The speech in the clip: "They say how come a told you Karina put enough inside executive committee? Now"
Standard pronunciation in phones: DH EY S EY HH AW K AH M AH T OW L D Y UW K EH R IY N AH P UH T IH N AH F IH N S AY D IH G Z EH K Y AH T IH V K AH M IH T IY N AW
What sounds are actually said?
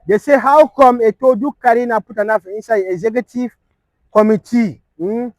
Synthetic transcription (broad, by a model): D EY S EY HH AW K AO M AH T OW D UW K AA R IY N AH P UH T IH N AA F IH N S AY IH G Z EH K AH T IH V K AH M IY T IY